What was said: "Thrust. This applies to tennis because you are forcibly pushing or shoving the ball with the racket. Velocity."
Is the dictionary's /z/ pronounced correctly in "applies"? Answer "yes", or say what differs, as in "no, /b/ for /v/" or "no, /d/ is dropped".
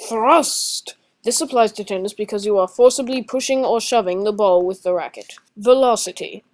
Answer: yes